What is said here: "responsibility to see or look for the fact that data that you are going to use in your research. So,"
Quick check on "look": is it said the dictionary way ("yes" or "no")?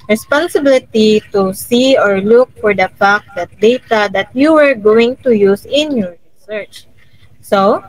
yes